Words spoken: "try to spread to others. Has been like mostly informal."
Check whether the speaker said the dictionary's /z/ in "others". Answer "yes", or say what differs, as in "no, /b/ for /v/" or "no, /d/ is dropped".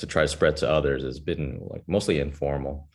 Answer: yes